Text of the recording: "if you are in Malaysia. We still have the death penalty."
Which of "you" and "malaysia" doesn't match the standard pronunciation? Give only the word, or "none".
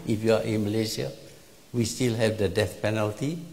malaysia